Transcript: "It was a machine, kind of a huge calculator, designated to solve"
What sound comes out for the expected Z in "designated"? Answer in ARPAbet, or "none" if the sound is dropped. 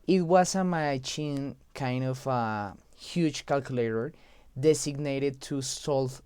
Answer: S